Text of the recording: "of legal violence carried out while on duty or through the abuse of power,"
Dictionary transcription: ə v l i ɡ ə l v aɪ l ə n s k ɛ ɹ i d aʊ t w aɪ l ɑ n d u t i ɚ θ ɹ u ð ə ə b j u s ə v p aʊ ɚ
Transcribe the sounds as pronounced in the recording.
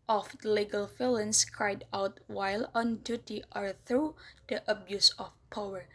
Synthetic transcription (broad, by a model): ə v l i ɡ ə l f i l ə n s k ɹ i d aʊ t w aɪ l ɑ n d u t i ɚ θ ɹ u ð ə ə b j u s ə f p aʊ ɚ